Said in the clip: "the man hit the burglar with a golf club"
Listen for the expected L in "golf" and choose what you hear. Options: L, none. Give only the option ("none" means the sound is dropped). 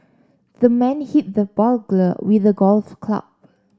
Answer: L